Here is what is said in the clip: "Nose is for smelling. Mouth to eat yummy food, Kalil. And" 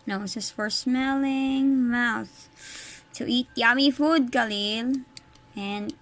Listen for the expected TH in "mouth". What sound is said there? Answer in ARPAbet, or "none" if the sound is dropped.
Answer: TH